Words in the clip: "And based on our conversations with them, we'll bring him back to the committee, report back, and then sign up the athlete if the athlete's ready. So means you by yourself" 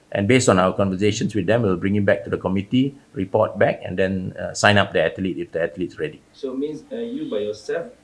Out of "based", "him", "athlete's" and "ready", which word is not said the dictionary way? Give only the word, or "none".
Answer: athlete's